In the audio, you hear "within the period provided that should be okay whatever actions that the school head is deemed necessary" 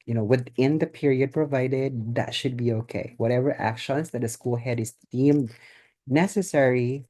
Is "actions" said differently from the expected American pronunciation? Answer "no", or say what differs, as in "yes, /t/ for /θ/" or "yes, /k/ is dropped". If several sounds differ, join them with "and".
yes, /s/ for /z/